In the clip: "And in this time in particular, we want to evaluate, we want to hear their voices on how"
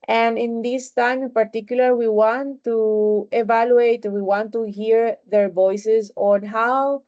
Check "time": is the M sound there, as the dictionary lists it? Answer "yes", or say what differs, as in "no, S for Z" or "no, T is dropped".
no, M is dropped